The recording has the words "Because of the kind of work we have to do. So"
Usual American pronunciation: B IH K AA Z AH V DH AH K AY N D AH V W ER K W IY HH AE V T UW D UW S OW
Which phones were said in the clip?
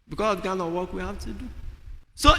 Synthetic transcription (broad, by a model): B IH K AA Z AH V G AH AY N AH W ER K W IY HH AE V T UW D UW S OW